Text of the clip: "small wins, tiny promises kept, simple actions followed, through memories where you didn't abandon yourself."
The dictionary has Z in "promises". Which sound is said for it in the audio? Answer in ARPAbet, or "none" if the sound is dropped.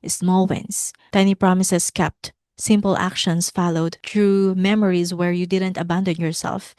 S